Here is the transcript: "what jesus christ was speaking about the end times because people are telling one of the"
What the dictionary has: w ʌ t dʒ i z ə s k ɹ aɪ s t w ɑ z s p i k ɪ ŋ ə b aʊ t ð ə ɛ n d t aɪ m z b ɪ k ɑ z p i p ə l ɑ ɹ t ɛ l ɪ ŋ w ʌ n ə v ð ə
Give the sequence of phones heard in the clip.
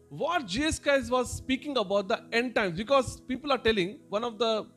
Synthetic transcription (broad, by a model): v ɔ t dʒ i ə s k aɪ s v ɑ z s p i k ɪ ŋ ə b aʊ t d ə ɛ n d t aɪ m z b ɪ k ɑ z p i p ə l ɑ ɹ t ɛ l ɪ ŋ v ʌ n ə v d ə